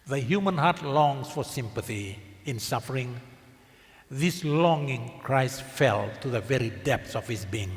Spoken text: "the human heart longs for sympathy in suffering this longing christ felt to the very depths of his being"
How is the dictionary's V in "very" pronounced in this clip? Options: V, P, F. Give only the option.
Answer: V